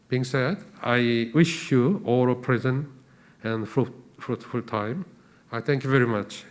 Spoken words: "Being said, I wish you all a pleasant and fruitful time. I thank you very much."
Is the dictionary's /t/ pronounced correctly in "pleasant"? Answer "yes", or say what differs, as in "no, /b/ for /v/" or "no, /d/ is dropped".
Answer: no, /t/ is dropped